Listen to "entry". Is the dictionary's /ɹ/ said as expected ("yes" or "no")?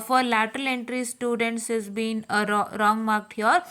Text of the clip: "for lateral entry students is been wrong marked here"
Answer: yes